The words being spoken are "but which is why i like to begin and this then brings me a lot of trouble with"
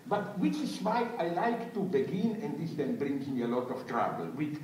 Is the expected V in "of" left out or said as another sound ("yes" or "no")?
yes